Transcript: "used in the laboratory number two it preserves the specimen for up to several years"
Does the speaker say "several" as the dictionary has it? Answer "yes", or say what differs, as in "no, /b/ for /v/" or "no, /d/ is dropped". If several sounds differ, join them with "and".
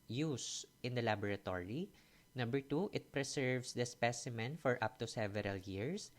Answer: yes